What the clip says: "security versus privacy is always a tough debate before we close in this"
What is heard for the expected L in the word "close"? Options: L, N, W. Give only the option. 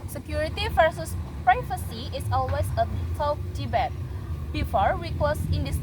W